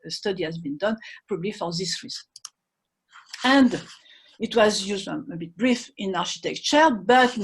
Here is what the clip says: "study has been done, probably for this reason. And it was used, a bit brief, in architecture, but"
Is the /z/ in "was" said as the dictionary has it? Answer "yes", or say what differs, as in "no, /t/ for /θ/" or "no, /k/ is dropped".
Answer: yes